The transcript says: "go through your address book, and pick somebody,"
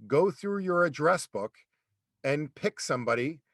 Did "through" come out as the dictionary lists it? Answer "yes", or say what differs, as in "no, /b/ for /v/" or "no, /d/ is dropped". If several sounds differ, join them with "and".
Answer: yes